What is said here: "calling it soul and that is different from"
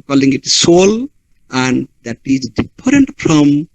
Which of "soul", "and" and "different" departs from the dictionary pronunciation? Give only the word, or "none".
different